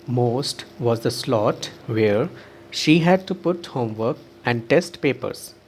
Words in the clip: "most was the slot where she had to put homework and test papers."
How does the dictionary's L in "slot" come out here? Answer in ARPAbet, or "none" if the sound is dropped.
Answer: L